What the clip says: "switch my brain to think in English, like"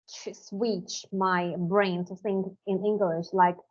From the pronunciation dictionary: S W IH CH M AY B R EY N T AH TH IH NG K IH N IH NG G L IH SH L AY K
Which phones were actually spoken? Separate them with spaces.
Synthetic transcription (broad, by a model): S W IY CH M AY B R EY N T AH S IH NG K IH N IH NG G L IH SH L AY K